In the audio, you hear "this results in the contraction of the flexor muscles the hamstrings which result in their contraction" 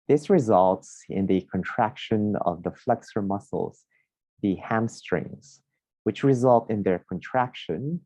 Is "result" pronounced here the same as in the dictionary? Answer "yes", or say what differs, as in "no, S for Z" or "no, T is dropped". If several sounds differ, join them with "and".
yes